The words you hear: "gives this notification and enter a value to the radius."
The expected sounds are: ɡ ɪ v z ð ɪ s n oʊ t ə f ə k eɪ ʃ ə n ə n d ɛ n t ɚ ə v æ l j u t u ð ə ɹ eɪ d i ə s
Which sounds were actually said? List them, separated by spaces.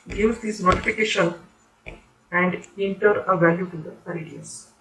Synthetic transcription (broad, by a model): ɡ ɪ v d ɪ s n oʊ t ə f ə k eɪ ʃ ə n ə n d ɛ n t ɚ ə v æ l j u t u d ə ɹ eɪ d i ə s